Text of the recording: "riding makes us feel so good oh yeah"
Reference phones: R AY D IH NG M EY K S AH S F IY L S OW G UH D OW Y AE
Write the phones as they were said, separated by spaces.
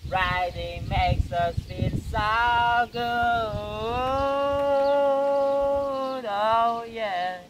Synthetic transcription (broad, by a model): R AY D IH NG M EY K S AH S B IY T S OW G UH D OW Y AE